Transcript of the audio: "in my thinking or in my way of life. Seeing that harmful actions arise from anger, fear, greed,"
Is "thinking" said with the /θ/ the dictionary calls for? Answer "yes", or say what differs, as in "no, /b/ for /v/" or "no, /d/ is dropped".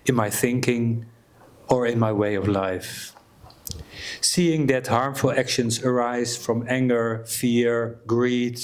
yes